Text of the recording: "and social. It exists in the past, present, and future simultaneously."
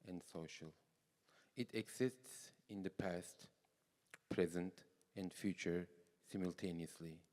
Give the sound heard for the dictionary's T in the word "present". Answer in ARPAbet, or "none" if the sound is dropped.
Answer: T